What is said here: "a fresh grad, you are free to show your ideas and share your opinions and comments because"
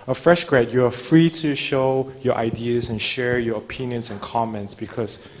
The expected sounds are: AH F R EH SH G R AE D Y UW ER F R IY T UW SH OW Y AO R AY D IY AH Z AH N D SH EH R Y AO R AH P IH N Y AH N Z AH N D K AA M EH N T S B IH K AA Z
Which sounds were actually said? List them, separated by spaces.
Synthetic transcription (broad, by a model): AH F R EH SH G R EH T Y UW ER F R IY T UW SH OW Y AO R AY D IY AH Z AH N SH EH R Y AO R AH P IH N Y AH N S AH N K AA M EH N T S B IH K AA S